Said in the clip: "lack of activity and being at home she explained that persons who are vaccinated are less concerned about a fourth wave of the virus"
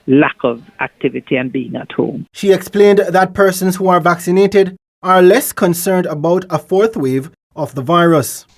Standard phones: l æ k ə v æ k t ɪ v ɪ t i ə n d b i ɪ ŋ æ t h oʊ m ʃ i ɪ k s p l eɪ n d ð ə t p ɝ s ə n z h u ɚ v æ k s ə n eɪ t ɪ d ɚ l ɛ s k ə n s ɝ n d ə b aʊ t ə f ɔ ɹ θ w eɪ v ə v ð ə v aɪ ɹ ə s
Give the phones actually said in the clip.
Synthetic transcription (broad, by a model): l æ k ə v æ k t ɪ v ɪ t i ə n b i ɪ ŋ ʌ t h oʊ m ʃ i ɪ k s p l eɪ n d ð ə t p ɝ s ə n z h u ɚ v æ k s ə n eɪ t ɪ d ɚ l ɛ s k ə n s ɝ n d ə b aʊ t ə f ɔ ɹ θ w eɪ v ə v ð ə v aɪ ɹ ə s